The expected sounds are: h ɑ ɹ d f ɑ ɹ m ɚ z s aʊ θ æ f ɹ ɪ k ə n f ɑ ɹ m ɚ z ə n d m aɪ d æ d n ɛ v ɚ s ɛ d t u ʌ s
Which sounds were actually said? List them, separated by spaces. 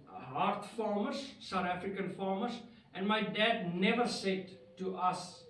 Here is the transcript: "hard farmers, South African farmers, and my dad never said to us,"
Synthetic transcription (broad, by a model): h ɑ ɹ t f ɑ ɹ m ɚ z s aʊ t æ f ɹ ɪ k ə n f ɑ ɹ m ɚ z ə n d m aɪ d æ d n ɛ v ɚ s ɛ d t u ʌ s